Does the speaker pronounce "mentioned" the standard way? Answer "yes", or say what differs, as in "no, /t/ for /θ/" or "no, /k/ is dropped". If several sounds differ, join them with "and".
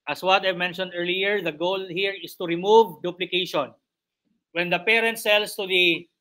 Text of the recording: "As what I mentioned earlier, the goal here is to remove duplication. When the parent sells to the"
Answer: yes